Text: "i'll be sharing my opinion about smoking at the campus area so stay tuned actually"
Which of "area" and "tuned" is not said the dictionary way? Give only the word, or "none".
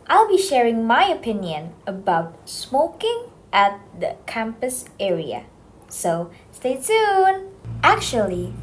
tuned